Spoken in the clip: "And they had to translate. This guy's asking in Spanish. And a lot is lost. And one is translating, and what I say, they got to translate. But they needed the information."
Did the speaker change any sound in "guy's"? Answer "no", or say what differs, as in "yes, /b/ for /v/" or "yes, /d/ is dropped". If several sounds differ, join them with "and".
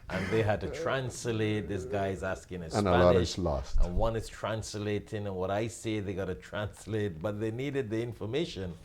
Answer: no